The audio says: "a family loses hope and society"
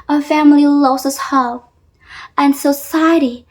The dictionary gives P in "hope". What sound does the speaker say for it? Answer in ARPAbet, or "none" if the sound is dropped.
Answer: none